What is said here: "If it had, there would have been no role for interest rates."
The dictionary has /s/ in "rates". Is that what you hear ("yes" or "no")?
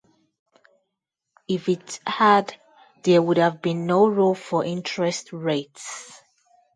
yes